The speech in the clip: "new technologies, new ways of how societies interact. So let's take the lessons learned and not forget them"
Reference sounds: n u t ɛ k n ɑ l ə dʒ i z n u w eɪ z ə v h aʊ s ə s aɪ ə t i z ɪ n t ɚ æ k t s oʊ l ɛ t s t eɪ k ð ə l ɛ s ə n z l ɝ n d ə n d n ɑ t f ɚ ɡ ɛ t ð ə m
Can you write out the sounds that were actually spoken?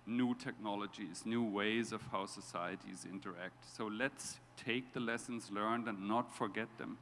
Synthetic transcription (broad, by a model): n u t ɛ k n ɑ l ə dʒ i z n u w eɪ z ə v h aʊ s ə s aɪ ə t i z ɪ n t ɚ æ k t s oʊ l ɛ t s t eɪ k ð ə l ɛ s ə n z l ɝ n d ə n n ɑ t f ɚ ɡ ɛ t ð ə m